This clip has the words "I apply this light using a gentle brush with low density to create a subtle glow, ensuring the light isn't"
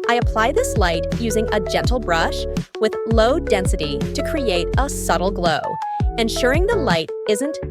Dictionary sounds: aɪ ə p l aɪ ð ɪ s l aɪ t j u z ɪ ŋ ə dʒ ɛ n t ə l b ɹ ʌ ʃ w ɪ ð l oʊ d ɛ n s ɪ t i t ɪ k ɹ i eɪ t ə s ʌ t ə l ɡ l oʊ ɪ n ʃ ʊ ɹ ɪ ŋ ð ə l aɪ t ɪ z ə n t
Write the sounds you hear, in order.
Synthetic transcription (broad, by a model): aɪ ə p l aɪ ð ɪ s l aɪ t j u z ɪ ŋ ə dʒ ɛ n t l b ɹ ʌ ʃ w ɪ ð l oʊ d ɛ n s ɪ t i t ɪ k ɹ i eɪ t ə s ʌ t l ɡ l oʊ ɪ n ʃ ʊ ɹ ɪ ŋ ð ə l aɪ t ɪ z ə n t